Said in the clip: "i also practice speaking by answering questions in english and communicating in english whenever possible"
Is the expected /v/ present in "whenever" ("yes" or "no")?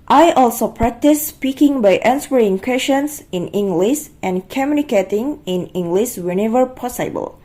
yes